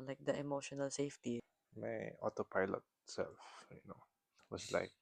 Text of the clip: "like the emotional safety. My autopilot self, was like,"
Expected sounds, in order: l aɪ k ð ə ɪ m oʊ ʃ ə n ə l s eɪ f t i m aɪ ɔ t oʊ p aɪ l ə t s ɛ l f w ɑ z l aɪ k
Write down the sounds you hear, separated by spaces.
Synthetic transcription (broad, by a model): l aɪ k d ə ɪ m oʊ ʃ ə n ə l s eɪ f t i m aɪ ɔ t oʊ p aɪ l ə t s ɛ l f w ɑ s l aɪ k